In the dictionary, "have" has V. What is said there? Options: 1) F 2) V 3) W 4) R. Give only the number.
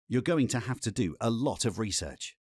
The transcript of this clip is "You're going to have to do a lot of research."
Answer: 1